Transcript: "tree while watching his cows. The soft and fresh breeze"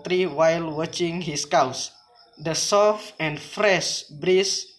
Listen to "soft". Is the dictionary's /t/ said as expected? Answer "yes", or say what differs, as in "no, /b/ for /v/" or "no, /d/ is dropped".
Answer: no, /t/ is dropped